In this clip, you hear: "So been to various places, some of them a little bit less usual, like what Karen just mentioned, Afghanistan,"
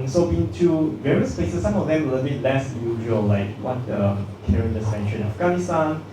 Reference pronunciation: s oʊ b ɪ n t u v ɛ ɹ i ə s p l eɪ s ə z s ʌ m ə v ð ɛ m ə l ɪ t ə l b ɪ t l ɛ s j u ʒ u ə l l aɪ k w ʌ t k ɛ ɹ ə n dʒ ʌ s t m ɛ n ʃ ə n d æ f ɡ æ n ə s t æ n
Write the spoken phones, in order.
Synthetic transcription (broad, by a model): s oʊ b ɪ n t u v ɛ ɹ i ə s p l eɪ s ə s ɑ m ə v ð ɛ m ə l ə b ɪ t l ɛ s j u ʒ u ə l l aɪ k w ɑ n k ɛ ɹ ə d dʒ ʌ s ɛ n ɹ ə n æ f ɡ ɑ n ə s t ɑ n